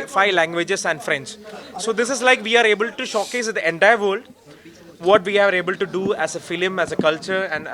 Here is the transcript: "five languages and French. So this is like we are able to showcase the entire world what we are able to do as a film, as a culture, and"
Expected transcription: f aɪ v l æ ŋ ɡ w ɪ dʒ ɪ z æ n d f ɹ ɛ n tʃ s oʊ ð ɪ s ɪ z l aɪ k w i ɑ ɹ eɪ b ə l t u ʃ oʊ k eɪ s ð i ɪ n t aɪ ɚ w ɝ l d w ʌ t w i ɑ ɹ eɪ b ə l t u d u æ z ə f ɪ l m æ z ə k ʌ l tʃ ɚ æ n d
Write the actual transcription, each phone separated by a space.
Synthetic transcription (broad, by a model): f aɪ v l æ ŋ ɡ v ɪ dʒ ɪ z æ n d f ɹ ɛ n s s oʊ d ɪ s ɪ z l aɪ k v i ɑ ɹ eɪ b ə l t u ʃ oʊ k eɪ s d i ɪ n t aɪ ɚ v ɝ l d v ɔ t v i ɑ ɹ eɪ b ə l t u d u æ z ə f ɪ l m æ z ə k ʌ l tʃ ɚ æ n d